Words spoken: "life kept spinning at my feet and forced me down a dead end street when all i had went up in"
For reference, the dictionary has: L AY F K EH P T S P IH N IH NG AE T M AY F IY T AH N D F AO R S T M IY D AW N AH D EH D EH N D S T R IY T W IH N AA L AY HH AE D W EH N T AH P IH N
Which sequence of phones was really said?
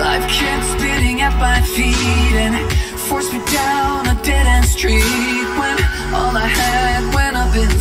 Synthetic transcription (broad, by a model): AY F K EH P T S B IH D IH NG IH T M AY F IY T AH N F AO R S M IY D AW N AH D EH D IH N S T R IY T W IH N AA L AY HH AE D W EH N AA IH B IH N